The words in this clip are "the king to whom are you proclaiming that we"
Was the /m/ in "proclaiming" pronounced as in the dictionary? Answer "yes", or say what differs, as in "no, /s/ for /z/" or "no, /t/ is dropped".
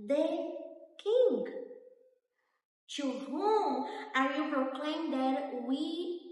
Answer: no, /m/ is dropped